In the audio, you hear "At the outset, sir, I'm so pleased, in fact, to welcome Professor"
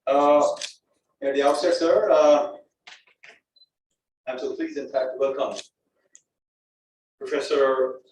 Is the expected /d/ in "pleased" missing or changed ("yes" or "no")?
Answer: yes